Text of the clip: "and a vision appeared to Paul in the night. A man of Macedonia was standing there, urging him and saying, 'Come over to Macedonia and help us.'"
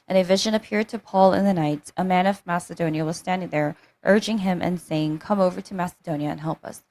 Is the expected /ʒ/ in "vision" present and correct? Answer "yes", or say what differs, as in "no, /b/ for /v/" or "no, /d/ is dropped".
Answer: yes